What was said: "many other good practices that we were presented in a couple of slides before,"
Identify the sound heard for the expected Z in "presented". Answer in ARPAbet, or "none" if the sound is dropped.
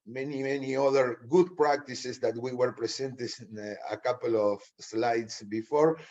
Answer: S